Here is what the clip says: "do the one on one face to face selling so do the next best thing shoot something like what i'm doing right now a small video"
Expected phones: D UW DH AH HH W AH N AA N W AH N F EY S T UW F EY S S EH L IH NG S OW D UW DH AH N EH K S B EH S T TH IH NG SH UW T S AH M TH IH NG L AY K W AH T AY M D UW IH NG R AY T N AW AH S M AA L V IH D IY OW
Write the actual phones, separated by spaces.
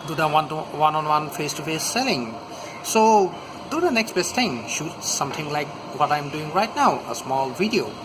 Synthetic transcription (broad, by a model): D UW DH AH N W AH N AA N W AH N F EY S T UW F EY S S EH L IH NG S OW D UW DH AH N EH K S B EH S T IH NG SH UW T S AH M T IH NG L AY K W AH T AY M D UW IH NG R AY T N AW AH S M AA L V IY D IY OW